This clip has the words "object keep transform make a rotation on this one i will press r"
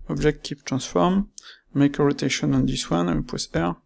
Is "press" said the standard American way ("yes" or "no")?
no